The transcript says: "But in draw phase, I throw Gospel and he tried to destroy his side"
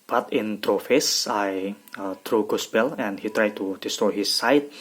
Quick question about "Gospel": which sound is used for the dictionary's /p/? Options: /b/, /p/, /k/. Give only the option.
/b/